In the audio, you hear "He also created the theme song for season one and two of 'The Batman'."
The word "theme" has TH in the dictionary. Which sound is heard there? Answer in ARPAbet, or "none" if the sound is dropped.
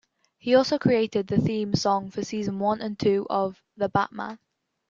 TH